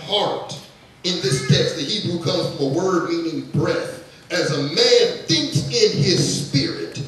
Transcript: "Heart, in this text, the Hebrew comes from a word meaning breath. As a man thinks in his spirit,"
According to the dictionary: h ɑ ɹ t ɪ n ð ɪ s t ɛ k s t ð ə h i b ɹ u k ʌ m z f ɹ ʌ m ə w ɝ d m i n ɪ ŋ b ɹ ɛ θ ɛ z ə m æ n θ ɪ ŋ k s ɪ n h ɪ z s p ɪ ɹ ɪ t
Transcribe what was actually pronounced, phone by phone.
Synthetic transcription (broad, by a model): h ɑ ɹ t ɪ n ð ɪ s t ɛ k s t ð ə h i b ɹ u k ʌ m z f ɹ ʌ m ə w ɝ d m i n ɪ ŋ b ɹ ɛ θ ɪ z ə m æ n θ ɪ ŋ k s ɪ n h ɪ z s p ɪ ɹ ɪ t